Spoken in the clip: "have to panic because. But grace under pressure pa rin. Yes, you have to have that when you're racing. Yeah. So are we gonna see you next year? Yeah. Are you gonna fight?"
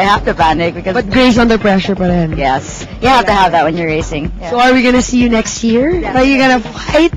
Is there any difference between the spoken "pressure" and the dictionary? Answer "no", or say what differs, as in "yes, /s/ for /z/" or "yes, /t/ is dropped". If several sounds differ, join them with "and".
no